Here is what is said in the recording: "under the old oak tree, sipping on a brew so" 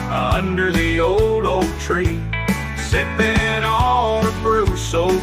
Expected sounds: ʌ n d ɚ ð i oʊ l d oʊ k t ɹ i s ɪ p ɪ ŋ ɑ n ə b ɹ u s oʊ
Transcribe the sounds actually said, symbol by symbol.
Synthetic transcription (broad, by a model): ʌ n d ɚ ð i oʊ l d oʊ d t ɹ i s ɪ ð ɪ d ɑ l ə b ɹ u s oʊ